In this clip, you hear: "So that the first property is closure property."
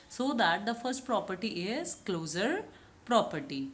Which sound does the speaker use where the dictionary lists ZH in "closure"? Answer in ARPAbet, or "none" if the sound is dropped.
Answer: Z